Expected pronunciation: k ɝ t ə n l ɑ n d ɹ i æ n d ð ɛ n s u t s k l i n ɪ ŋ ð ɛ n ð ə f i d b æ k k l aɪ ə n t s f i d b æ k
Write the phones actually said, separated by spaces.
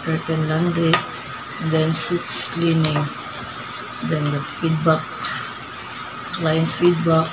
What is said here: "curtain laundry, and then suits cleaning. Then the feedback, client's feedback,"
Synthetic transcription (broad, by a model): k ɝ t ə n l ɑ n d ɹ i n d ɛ n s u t s k l i n ɪ ŋ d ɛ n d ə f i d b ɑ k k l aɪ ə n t s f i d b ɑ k